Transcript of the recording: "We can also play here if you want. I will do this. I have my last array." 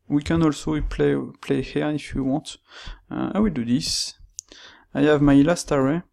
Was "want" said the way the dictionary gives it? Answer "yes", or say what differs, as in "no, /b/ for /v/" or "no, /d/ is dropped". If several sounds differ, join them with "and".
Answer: no, /n/ is dropped